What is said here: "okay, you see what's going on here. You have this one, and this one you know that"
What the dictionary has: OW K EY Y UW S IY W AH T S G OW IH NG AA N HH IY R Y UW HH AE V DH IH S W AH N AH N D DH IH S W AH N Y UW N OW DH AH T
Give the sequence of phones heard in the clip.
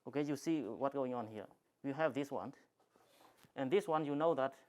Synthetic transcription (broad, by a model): OW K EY Y UW S IY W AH T G OW IH NG AA N HH IY R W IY HH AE V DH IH S W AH N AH N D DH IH S W AH N Y UW N OW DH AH T